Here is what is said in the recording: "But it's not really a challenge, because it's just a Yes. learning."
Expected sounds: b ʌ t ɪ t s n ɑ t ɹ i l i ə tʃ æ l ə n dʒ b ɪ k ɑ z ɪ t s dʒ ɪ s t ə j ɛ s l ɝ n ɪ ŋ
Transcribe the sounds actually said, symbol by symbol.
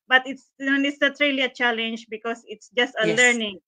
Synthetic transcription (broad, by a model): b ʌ t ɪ t s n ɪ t ɹ i l i ə tʃ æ l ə n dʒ b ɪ k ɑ s ɪ t s dʒ ɪ s t ə l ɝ n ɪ ŋ